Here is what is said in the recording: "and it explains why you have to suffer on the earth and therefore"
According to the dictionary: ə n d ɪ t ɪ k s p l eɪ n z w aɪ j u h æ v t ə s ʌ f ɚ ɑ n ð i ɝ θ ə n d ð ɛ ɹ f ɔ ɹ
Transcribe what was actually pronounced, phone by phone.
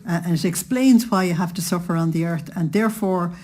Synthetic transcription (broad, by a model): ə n ɪ t ɪ k s p l eɪ n z w aɪ j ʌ h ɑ f t ə s ʌ f ɚ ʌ n ð i ɝ θ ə n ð ɛ ɹ f ɔ ɹ